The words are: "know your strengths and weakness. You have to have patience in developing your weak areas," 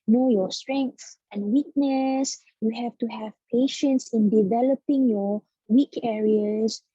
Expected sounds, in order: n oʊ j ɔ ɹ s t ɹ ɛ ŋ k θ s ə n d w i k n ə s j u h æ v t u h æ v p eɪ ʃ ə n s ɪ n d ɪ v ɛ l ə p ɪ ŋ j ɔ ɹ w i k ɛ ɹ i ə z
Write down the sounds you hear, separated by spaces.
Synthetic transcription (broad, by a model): n oʊ j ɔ s t ɹ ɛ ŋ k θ ə n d w i k n ə s j u h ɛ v t u h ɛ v p eɪ ʃ ə n s ɪ n d ɪ v ɛ l ə p ɪ ŋ j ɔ w i k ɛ ɹ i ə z